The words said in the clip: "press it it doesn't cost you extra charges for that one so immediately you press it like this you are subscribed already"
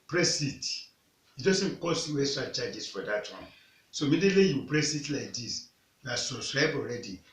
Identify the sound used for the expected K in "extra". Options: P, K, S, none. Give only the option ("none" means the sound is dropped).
none